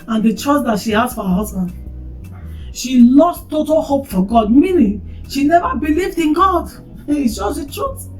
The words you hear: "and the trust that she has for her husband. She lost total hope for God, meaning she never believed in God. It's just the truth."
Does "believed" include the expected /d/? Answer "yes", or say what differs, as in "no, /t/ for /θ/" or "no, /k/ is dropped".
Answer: yes